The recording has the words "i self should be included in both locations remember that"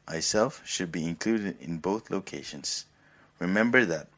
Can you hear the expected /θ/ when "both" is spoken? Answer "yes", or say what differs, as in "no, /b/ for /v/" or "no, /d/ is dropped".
yes